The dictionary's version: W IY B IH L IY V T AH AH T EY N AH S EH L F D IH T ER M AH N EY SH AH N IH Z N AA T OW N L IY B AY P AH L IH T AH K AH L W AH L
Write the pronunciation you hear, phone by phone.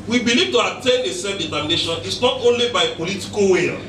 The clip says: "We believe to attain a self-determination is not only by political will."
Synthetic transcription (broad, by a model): W IY B IH L IY V T AH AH T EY N AH S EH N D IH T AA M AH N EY SH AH N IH S N AA T OW N L IY B AY P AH L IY T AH K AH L W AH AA